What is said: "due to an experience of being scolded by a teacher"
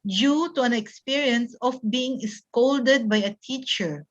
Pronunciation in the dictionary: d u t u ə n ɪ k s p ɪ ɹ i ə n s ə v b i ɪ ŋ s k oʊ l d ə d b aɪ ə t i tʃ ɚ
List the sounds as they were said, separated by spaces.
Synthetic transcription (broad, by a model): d u t u ə n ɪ k s p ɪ ɹ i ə n s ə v b i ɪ ŋ s k oʊ l d ə d b aɪ ə t i tʃ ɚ